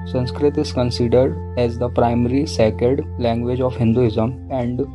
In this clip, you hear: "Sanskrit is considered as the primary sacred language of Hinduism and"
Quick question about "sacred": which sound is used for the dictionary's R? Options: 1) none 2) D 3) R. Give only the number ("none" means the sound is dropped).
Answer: 1